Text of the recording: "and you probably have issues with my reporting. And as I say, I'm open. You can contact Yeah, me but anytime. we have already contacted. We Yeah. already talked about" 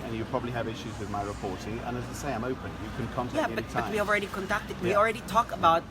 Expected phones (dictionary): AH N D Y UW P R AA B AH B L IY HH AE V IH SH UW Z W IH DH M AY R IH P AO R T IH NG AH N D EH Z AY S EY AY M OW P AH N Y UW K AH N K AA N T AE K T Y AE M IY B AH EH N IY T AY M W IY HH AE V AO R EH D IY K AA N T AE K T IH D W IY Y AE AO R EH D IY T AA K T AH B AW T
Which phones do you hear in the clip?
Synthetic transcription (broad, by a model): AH N Y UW P R AA B AH B L IY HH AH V IH SH UW Z W IH DH M AY R IH P AO R T IH NG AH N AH Z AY S EY AY M OW P AH N Y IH K AH N K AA N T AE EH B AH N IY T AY W IY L R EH D IY K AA N T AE K T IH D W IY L R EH D IY T AA K AH B AW T